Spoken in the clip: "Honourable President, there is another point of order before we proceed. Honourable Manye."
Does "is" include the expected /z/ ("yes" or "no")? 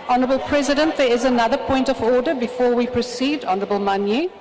yes